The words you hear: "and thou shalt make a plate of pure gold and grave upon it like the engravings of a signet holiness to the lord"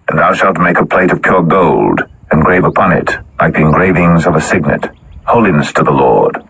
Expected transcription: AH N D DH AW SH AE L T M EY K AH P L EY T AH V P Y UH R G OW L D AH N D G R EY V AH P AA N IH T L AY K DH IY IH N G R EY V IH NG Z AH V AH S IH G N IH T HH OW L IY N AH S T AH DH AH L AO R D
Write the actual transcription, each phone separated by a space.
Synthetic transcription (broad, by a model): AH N DH AW SH AE L T M EY K AH P L EY T AH V P Y UH R G OW L D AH N G R EY V AH P AA N IH T L AY K DH IY IH N G R EY V IH NG Z AH V AH S IH G N IH T HH OW L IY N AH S T AH DH AH L AO R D